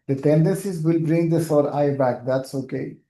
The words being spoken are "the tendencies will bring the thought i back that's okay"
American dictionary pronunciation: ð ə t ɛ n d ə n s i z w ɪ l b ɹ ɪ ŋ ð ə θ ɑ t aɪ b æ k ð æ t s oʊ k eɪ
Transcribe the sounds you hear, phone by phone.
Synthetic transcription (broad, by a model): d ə t ɛ n d ə n s i z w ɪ l b ɹ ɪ ŋ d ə s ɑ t aɪ b æ k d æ t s oʊ k eɪ